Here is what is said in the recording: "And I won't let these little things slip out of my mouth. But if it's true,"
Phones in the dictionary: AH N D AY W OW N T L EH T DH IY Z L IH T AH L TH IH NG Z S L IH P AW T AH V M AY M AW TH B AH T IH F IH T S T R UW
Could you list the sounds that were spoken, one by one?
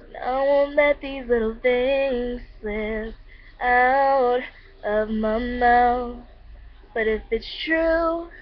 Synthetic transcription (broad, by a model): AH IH W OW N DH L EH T DH IY Z L IH T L TH IH NG Z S IH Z AW T AH V M AY M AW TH B AH T IH F IH T S T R UW